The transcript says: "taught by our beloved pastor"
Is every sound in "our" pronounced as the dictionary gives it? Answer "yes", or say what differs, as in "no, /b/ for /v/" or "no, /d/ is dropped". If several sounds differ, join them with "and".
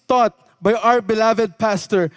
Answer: yes